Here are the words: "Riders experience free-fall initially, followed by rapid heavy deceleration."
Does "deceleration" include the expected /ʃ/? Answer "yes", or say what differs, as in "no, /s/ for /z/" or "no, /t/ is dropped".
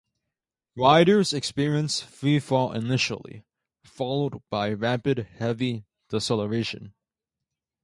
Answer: yes